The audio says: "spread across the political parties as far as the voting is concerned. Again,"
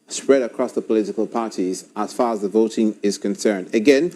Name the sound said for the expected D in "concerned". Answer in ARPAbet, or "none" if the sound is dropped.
D